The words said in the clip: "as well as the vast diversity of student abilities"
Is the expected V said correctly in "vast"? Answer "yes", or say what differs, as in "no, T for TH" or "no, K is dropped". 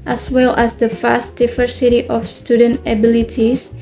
no, F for V